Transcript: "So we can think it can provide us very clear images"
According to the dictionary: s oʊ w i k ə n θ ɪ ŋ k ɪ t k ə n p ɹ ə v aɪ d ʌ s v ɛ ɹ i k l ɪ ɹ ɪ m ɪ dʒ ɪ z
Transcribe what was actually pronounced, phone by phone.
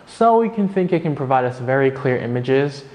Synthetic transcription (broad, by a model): s oʊ w i k ə n θ ɪ ŋ k ɪ t k ə n p ɹ ə v aɪ d ʌ s v ɛ ɹ i k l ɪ ɹ ɪ m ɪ dʒ ɪ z